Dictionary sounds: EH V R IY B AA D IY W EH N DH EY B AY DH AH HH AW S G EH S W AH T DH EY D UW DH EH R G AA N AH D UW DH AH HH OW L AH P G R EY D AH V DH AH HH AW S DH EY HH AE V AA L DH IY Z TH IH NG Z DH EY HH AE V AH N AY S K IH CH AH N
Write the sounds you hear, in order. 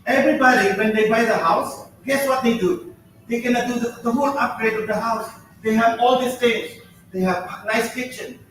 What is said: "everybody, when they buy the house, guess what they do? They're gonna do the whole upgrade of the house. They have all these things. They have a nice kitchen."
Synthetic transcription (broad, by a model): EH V R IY B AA D IY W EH N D EY B AY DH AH HH AW S G EH S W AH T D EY D UW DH EH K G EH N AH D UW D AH HH OW L AH P G R EY D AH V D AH HH AW S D EY HH AE V AA L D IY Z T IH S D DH EY HH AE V N AY S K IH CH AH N